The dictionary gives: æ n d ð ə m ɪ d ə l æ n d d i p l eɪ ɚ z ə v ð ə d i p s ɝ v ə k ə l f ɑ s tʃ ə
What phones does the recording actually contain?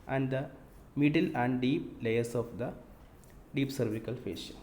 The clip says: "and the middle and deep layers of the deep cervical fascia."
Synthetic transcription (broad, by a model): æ n d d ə m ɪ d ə l æ n d d i p l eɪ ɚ s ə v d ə d i p s ɝ v ə k ə l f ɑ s